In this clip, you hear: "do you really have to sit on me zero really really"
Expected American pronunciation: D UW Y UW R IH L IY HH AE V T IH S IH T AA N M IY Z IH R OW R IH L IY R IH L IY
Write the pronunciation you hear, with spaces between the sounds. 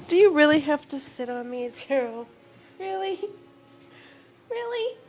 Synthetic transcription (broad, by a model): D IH Y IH R IH L IY HH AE F T IH S IH T N M IY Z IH R OW R IH L IY R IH L IY